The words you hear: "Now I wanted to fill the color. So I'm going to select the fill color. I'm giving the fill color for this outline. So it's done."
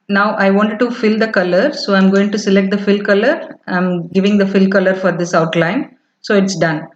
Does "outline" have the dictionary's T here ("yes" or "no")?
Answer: yes